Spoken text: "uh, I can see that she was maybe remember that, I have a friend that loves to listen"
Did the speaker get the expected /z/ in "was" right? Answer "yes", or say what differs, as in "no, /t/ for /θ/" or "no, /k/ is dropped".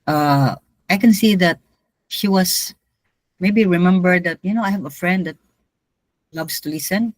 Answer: no, /s/ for /z/